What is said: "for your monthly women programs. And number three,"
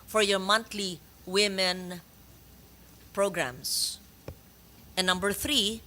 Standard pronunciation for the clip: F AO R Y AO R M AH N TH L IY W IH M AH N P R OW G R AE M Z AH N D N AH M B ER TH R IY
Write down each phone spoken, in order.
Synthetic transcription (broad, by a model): F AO R Y AO R M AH N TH L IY W IH M AH N P R OW G R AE M S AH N N AH M B ER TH R IY